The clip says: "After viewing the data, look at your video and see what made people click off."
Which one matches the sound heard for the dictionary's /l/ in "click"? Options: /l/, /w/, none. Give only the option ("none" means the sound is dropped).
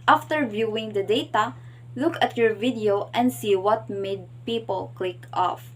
/l/